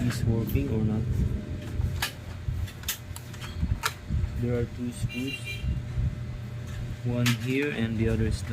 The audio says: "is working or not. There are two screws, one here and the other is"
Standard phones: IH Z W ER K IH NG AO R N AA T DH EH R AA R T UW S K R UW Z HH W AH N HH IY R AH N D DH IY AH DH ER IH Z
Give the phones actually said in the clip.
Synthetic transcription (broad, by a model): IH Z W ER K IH NG AO R N AA T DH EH R AA R T UW S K UW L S W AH N HH IY R AH N D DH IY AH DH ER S